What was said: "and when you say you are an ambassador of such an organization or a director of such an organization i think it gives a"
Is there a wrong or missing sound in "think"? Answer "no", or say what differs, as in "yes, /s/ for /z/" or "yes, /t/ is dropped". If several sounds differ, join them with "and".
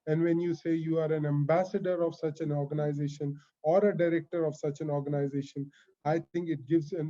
yes, /t/ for /θ/